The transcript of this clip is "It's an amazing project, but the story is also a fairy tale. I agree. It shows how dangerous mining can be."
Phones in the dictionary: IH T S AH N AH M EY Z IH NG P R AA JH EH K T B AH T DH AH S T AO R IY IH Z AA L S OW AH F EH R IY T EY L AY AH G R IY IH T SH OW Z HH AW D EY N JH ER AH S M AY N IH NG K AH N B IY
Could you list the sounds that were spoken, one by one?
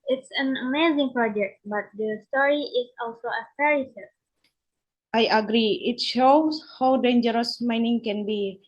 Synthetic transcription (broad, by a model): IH T S AH N AH M EY Z IH NG P R AA JH EH K T B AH T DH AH S T AO R IY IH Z AA L S OW AH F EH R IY S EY AY AH G R IY IH T SH OW S HH AW D EY N JH ER AH S M AY N IH NG K AH N B IY